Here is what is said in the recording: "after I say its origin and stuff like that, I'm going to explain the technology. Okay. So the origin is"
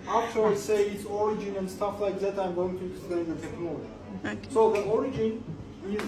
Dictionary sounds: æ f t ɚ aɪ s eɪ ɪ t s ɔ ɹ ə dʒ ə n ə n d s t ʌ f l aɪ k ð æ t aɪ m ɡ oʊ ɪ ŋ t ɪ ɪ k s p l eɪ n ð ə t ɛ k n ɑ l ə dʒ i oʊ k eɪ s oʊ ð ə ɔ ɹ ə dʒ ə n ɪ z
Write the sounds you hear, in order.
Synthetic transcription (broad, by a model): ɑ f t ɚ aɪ s eɪ ɪ t s ɔ ɹ ə dʒ ə n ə n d s t ʌ f l aɪ k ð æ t aɪ m ɡ oʊ ɪ ŋ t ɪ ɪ s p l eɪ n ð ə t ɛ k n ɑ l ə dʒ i s oʊ ð ə ɔ ɹ ə dʒ ə n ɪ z